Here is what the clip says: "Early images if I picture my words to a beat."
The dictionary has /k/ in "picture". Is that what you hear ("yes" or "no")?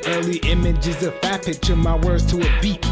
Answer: no